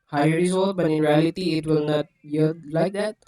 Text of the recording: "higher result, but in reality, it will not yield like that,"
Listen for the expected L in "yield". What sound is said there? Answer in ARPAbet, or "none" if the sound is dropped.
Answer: none